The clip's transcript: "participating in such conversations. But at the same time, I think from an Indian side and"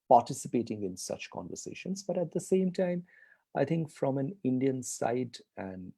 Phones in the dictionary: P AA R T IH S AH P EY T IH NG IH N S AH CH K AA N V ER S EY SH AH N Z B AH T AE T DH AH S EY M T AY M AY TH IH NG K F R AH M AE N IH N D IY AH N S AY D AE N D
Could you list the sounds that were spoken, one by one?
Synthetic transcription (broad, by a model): P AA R T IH S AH P EY T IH NG IH N S AH CH K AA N V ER S EY SH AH N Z B AH T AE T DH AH S EY M T AY M AY T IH NG K F R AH M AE N IH N D IY AH N S AY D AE N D